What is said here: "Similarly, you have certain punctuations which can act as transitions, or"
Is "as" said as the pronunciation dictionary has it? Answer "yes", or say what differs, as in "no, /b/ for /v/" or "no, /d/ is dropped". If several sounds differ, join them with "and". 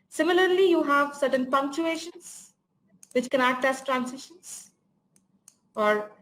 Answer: no, /s/ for /z/